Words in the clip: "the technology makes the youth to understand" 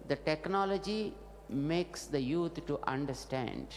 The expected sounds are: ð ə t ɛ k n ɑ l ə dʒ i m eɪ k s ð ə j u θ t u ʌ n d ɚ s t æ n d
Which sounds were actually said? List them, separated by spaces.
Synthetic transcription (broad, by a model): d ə t ɛ k n ɑ l ə dʒ i m eɪ k s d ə j u t t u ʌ n d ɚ s t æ n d